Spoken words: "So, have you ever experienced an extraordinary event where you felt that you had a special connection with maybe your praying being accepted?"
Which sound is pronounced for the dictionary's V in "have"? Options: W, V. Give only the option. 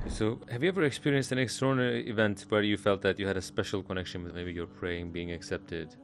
V